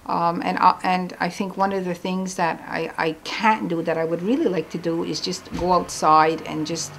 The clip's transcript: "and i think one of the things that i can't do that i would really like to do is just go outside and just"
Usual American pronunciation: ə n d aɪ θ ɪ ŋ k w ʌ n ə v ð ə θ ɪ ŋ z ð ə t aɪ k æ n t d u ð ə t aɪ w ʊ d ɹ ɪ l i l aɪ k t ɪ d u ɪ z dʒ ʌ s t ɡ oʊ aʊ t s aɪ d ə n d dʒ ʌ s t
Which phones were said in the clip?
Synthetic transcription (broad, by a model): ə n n aɪ θ ɪ ŋ k w ʌ n ə v ð ə θ ɪ ŋ z ð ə t aɪ k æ n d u ð ə t aɪ w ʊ d ɹ ɪ l i l aɪ k t ɪ d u ɪ z dʒ ʌ s t ɡ oʊ aʊ t s aɪ d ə n dʒ ʌ s t